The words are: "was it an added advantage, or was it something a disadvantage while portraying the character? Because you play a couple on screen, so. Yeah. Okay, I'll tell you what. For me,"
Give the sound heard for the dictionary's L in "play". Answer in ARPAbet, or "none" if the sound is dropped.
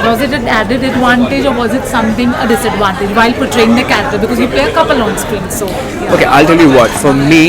none